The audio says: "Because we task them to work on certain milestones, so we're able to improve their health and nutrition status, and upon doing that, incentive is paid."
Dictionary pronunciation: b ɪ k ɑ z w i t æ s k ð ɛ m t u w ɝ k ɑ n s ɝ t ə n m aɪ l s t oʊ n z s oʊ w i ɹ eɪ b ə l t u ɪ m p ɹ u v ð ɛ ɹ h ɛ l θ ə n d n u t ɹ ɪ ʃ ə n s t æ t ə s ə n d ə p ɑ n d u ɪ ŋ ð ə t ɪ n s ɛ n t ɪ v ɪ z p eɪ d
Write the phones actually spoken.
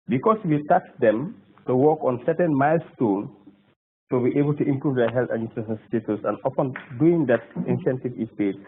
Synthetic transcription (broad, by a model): b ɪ k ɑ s w i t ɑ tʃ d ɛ m t u w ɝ k ɑ n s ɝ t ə n m aɪ l s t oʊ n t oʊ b i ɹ eɪ b ə l t u ɪ m p ɹ u v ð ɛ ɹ h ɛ l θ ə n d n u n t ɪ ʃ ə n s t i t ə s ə n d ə f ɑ n d u ɪ ŋ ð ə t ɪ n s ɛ n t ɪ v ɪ s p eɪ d